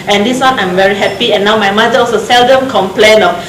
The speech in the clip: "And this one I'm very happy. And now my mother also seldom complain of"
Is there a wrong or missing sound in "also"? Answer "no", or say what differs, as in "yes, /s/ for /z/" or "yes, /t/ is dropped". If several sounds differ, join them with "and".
yes, /l/ is dropped